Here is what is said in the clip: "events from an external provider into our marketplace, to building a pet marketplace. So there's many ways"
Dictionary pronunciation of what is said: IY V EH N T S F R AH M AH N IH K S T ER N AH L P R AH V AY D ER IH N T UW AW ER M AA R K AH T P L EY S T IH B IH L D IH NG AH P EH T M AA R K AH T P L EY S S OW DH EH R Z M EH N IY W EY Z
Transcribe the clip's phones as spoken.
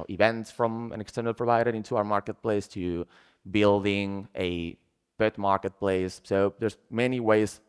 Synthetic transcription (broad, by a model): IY V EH N T S F R AH M AH N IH K S T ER N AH L P R AH V AY D ER IH N T UW AW ER M AA R K AH T P L EY S T IH B IH L D IH NG AH B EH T M AA R K AH T P L EY S S OW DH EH R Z M EH N IY W EY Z